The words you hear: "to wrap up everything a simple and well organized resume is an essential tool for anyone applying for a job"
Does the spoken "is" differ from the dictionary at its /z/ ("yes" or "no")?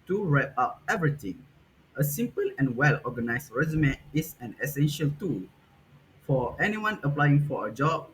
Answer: yes